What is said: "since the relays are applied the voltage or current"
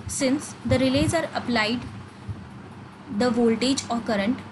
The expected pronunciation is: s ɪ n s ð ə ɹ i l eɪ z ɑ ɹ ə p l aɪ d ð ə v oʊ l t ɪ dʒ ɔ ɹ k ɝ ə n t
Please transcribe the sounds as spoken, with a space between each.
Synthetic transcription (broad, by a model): s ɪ n s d ə ɹ i l eɪ z ɑ ɹ ə p l aɪ d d ə v oʊ l t ɪ dʒ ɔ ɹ k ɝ ə n t